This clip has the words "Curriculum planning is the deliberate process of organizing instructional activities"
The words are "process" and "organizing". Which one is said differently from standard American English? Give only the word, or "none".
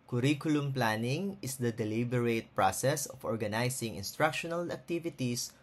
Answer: organizing